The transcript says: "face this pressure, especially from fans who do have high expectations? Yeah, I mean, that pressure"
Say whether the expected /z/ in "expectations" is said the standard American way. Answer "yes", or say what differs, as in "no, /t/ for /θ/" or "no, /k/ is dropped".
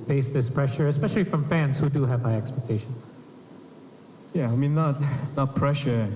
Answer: no, /z/ is dropped